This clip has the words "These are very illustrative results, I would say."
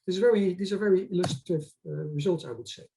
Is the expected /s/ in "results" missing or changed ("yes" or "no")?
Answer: no